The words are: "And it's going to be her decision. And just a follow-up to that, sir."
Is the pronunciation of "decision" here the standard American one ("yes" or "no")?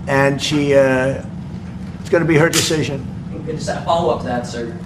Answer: yes